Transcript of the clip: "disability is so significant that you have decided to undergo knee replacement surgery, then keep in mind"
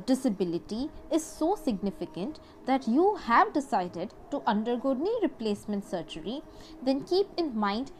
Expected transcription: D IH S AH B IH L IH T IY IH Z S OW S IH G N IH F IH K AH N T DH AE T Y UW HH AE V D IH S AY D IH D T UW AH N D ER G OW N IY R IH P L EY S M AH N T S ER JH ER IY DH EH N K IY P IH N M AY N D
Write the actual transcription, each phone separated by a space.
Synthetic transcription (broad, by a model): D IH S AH B IH L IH T IY IH Z S OW S IH G N IH F IH K AH N T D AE T Y UW HH AE V D IH S AY D IH D T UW AH N D ER G OW N IY R IH P L EY S M AH N T S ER CH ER IY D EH N K IY P IH N M AY N D